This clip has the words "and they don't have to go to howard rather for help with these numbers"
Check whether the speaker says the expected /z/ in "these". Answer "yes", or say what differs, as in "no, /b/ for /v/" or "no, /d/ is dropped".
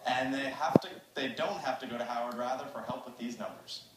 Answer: yes